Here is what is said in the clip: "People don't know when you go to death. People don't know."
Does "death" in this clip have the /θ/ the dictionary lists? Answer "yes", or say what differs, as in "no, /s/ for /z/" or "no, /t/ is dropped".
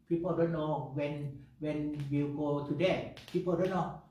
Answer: no, /t/ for /θ/